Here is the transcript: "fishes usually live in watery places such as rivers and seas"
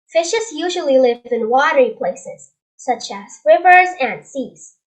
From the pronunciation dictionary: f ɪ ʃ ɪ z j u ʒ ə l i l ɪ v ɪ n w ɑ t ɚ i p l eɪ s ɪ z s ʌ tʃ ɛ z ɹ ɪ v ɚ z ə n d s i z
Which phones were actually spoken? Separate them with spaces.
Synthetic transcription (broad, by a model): f ɪ ʃ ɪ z j u ʒ ə l i l ɪ v ɪ n w ɑ t ɚ i p l eɪ s ɪ z s ʌ tʃ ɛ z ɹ ɪ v ɚ z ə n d s i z